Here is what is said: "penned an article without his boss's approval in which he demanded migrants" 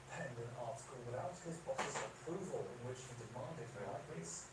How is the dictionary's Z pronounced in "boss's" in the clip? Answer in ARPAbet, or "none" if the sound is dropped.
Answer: S